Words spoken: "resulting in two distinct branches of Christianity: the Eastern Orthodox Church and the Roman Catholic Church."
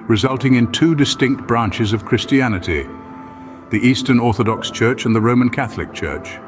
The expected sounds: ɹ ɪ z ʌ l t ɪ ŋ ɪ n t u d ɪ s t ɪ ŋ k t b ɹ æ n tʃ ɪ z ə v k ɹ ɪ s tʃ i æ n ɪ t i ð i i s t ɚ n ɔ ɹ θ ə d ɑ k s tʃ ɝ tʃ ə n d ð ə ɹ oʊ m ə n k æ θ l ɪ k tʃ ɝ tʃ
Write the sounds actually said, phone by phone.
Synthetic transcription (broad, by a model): ɹ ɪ z ʌ l t ɪ ŋ ɪ n t u d ɪ s t ɪ ŋ k t b ɹ æ n tʃ ɪ z ə v k ɹ ɪ s tʃ i æ n ɪ t i ð i i s t ɚ n ɔ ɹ θ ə d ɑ k s tʃ ɝ tʃ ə n ð ə ɹ oʊ m ə n k æ θ l ɪ k tʃ ɝ tʃ